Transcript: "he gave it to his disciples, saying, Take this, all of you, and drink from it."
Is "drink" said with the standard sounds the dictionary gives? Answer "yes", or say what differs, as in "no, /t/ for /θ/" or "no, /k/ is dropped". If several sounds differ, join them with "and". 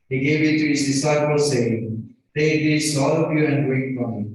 no, /ŋ/ is dropped